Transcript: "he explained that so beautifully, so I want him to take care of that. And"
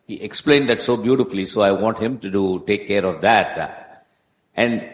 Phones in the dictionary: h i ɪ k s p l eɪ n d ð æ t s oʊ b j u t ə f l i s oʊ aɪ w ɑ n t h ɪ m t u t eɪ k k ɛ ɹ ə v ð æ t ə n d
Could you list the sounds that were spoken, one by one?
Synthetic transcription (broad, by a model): h i ɪ k s p l eɪ n d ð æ t s oʊ b j u t ə f l i s oʊ aɪ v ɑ n t h ɪ m t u t eɪ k k ɛ ɹ ə v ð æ t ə n d